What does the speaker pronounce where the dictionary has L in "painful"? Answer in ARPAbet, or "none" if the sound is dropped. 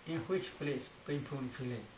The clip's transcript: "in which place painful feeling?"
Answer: N